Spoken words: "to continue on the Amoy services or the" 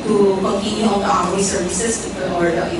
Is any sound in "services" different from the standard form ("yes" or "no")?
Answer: yes